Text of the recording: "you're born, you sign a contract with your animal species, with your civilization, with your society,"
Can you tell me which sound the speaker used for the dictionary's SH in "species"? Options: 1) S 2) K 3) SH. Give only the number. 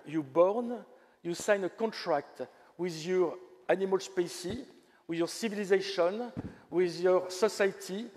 1